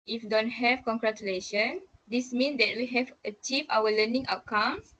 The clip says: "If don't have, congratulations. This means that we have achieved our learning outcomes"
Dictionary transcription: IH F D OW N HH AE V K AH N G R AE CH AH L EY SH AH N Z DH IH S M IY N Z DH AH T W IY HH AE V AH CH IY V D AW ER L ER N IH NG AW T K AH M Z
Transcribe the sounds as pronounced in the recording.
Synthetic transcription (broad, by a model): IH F D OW N HH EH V K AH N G R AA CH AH L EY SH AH N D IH S M IY N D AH T W IY HH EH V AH CH IY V AW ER L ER N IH NG AW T K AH M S